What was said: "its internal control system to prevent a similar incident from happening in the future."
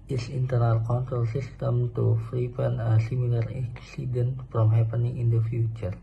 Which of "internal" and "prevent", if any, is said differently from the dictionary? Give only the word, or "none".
prevent